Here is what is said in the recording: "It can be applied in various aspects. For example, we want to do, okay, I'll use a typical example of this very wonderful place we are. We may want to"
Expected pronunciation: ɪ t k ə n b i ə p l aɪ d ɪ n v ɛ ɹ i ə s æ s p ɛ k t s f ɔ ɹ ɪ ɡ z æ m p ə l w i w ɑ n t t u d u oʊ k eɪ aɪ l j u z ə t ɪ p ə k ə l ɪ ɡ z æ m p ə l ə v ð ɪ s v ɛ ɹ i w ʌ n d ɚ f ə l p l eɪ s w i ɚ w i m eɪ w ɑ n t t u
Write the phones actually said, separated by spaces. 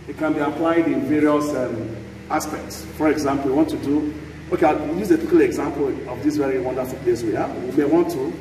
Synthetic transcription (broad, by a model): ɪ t k ə n b i ə p l aɪ d ɪ n v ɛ ɹ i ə s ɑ s p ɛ k t s f ɔ ɹ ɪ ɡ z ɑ m p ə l w i w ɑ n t t u d u oʊ k eɪ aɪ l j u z ə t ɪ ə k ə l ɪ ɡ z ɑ m p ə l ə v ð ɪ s v ɛ ɹ i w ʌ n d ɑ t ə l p l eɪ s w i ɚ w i m eɪ w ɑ n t t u